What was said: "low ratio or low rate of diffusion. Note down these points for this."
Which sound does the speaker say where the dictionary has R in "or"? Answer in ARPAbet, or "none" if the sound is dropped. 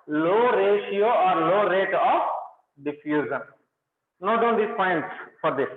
R